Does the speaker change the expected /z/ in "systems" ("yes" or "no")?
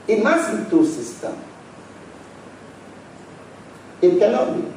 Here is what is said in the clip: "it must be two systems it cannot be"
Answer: yes